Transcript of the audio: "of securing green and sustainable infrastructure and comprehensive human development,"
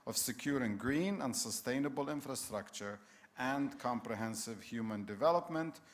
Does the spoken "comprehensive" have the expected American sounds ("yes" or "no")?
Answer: yes